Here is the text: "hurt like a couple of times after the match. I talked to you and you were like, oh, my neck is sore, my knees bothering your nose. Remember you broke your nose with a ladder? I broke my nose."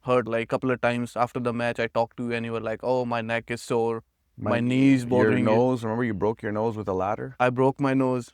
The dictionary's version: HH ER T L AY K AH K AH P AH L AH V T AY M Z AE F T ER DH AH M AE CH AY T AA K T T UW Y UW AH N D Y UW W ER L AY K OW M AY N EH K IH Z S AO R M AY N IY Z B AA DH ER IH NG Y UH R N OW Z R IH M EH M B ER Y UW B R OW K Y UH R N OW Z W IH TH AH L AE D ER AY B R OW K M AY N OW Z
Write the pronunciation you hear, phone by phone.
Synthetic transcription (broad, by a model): HH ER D L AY AH K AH P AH L AH V T AY M Z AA F T ER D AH M AE CH AY T AA K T T UW Y UW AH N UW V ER L AY K OW M AY N EH K IH Z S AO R M AY N IY Z B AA ER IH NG N OW Z R IH M EH M B ER Y UW B R OW K Y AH R N OW Z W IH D AH L AE D ER AY B R OW K M AY N OW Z